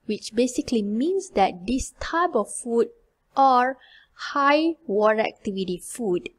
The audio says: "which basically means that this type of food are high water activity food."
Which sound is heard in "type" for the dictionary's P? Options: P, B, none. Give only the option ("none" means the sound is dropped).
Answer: B